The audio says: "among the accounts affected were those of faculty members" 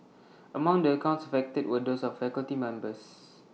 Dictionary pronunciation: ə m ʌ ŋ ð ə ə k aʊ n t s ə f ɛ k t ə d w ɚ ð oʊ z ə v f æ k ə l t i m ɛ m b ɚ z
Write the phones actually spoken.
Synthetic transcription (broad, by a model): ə m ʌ ŋ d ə ə k aʊ n t s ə f ɛ k t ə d w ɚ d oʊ s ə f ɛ k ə l t i m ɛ m b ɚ s